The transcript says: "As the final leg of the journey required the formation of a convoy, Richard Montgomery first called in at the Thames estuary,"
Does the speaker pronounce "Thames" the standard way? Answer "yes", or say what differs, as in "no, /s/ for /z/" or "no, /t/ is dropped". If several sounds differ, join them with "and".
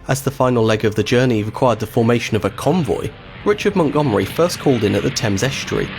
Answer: yes